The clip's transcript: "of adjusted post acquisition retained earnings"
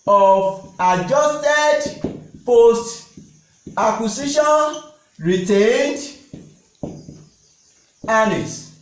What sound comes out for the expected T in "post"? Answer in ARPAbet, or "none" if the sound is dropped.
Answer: T